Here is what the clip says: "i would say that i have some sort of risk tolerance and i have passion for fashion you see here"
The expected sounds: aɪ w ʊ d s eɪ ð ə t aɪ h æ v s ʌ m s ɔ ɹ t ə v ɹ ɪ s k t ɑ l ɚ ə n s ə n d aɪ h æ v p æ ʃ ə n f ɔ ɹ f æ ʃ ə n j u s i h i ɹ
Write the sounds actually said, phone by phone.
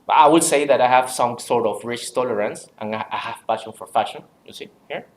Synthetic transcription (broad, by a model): aɪ w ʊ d s eɪ ð ə t aɪ h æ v s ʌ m s ɔ ɹ t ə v ɹ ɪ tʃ t ɑ l ɚ ə n s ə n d aɪ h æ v f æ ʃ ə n f ɔ ɹ f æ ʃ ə n j u s i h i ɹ